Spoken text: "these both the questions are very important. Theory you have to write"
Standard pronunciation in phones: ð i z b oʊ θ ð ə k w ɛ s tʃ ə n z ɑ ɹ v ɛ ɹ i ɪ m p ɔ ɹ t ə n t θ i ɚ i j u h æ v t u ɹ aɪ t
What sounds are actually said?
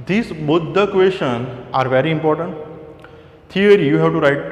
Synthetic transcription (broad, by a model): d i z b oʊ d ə k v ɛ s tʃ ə n ɑ ɹ v ɛ ɹ i ɪ m p ɔ ɹ t ə n t t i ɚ j u h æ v t u ɹ aɪ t